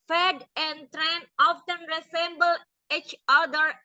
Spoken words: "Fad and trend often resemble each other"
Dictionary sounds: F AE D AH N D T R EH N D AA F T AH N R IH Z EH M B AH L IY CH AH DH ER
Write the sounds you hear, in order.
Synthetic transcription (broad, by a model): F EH D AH N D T R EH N AA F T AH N R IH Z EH M B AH L IY CH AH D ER